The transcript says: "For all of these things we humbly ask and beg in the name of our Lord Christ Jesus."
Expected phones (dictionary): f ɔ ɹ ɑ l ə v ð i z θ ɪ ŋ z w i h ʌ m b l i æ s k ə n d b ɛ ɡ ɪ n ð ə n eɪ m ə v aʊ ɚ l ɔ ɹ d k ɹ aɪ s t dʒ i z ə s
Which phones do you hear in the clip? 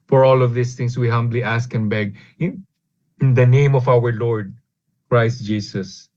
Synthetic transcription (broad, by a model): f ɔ ɹ ɑ l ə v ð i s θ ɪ ŋ s w i h ʌ m b l i æ s k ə n b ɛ ɡ ɪ n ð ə n eɪ m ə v aʊ ɚ l ɔ ɹ d k ɹ aɪ s t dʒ i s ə s